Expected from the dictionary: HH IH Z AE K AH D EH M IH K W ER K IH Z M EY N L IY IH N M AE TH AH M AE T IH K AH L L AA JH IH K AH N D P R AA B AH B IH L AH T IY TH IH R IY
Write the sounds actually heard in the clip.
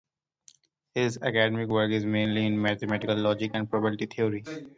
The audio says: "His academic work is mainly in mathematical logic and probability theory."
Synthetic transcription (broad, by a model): HH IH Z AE K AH D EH M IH K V ER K IH Z M EY N L IY IH N M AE T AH M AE T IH K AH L L AA JH IH K AH N D P R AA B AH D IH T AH T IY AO R IY